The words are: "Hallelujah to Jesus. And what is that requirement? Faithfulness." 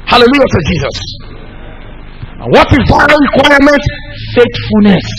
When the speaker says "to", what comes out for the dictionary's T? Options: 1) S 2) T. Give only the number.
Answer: 1